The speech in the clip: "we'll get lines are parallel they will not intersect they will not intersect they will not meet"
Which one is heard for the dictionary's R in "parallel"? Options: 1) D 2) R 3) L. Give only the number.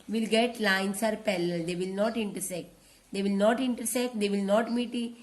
3